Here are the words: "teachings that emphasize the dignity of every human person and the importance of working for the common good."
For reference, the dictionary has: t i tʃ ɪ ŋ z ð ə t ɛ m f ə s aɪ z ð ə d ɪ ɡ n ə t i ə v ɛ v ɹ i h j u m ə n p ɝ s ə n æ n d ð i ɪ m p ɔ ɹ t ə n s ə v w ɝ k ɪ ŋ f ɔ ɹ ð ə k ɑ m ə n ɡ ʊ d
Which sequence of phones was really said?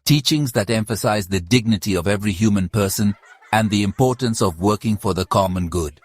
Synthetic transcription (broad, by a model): t i tʃ ɪ ŋ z ð ə t ɛ m f ə s aɪ z ð ə d ɪ ɡ n ə t i ə v ɛ v ɹ i h j u m ə n p ɝ s ə n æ n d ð i ɪ m p ɔ ɹ t ə n s ə v w ɝ k ɪ ŋ f ɔ ɹ ð ə k ɑ m ə n ɡ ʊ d